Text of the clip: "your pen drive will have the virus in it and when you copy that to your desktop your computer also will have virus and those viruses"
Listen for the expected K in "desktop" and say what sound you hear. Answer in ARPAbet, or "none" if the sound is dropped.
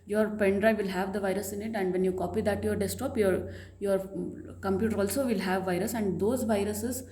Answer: none